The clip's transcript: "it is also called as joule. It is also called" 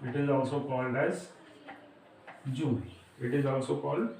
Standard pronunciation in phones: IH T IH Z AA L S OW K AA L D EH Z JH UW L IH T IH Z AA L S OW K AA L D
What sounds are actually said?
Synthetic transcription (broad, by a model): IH T IH Z AA L S OW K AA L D EH Z JH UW N IH T IH Z AA L S OW K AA L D